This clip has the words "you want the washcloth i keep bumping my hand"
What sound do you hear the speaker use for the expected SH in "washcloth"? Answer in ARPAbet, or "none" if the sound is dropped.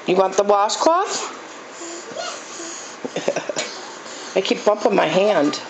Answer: S